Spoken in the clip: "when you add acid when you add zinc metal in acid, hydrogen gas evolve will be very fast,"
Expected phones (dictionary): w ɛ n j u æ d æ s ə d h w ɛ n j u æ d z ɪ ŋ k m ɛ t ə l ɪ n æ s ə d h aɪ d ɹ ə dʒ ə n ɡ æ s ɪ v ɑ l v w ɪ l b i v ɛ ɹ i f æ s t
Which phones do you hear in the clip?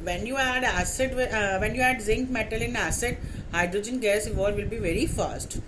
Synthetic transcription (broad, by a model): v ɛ n j u æ d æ s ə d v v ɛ n j u æ d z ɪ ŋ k m ɛ t ə l ɪ n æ s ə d h aɪ d ɹ ə dʒ ə n ɡ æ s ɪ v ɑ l v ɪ l b i v ɛ ɹ i f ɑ s t